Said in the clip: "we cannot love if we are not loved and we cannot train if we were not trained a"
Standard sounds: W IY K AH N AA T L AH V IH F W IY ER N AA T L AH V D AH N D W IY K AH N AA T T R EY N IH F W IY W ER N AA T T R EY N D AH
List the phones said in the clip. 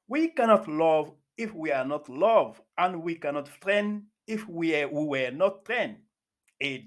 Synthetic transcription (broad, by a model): W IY K AH N AA T L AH V IH F W IY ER N AA T L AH V AH N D W IY K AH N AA T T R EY N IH F W IY W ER N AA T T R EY N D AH